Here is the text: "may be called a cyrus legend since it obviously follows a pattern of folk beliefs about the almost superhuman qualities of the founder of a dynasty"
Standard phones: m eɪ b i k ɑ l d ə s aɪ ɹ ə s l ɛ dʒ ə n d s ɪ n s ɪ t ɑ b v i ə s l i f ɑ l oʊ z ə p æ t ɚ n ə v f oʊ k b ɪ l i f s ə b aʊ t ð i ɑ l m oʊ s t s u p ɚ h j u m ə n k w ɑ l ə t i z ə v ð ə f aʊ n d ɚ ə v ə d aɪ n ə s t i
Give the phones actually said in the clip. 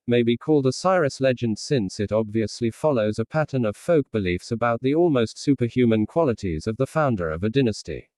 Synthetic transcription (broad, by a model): m eɪ b i k ɑ l d ə s aɪ ɹ ə s l ɛ dʒ ə n d s ɪ n s ɪ t ɑ b v i ə s l i f ɑ l oʊ z ə p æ t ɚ n ə v f oʊ k b ɪ l i f s ə b aʊ t ð i ɑ l m oʊ s t s u p ɚ h j u m ə n k w ɑ l ə t i z ə v ð ə f aʊ n d ɚ ə v ə d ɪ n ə s t i